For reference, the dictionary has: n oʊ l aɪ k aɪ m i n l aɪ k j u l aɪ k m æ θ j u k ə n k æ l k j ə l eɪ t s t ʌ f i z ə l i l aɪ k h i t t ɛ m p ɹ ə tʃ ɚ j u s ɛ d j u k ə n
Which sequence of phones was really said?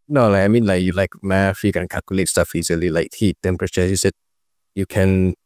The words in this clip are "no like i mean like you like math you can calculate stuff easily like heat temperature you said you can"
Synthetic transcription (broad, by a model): n oʊ l aɪ k aɪ m i n l aɪ k j u l aɪ k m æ f j u k ə n k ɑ l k j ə l eɪ t s t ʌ f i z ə l i l aɪ k h i t t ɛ m p ɹ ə tʃ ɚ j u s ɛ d j u k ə n